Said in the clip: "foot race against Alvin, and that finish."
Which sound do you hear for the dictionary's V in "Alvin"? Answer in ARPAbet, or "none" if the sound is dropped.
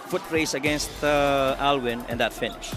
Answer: W